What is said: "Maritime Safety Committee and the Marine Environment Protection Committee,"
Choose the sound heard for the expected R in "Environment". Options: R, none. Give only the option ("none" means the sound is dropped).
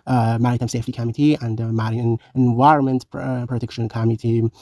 R